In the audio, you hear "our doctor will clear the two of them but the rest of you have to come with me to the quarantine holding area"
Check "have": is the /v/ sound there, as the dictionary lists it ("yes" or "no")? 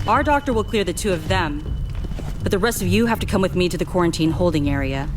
no